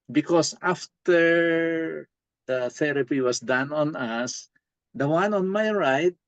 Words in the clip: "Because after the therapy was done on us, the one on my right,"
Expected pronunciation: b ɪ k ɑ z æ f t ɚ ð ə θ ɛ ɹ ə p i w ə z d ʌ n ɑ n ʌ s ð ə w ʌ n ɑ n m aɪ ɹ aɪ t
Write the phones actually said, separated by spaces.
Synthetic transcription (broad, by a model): b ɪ k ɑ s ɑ f t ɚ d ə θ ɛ ɹ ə p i w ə s d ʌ n ɑ n ʌ s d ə w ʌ n ɑ n m aɪ ɹ aɪ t